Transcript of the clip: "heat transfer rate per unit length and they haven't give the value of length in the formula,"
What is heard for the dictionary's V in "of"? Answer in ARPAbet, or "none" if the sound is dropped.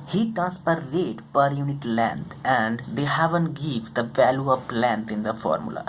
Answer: P